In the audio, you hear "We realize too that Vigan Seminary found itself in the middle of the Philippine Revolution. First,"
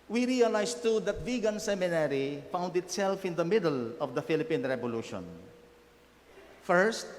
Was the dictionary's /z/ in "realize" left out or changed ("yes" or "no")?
yes